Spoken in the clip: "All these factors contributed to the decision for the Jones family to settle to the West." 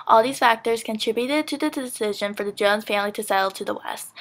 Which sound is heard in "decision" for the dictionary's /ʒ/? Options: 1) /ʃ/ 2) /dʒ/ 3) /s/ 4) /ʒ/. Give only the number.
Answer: 4